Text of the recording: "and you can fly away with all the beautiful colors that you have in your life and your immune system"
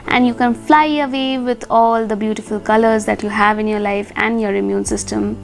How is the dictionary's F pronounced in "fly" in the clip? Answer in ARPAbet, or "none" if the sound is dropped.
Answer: F